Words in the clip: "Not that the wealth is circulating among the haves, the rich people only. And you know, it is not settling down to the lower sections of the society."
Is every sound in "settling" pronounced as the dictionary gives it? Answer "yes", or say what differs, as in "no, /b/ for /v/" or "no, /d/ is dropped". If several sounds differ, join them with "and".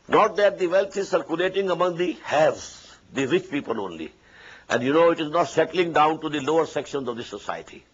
yes